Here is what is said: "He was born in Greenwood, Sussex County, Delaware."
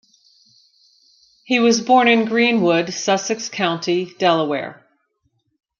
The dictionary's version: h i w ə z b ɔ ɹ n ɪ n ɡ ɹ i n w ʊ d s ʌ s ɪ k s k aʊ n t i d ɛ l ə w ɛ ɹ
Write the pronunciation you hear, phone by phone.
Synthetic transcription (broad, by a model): h i w ə z b ɔ ɹ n ɪ n ɡ ɹ i n w ʊ d s ʌ s ɪ k s k aʊ n t i d ɛ l ə w ɛ ɹ